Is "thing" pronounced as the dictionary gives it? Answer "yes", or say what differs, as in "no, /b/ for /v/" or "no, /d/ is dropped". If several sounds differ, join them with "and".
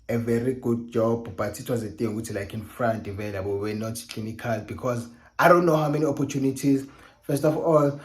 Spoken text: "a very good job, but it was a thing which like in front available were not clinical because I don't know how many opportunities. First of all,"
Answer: no, /t/ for /θ/